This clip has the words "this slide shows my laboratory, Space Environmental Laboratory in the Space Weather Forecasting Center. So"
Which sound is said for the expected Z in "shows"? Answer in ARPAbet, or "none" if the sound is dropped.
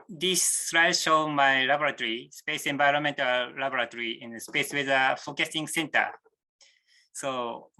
none